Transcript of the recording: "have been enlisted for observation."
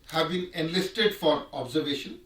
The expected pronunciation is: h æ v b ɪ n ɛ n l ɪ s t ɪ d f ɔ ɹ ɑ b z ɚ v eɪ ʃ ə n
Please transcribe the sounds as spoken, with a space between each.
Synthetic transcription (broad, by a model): h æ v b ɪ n ɛ n l ɪ s t ɪ d f ɔ ɹ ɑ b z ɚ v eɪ ʃ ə n